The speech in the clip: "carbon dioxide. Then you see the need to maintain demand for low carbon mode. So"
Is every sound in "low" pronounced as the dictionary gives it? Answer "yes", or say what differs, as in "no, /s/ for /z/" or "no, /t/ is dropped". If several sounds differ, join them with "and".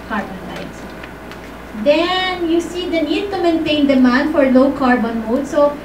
yes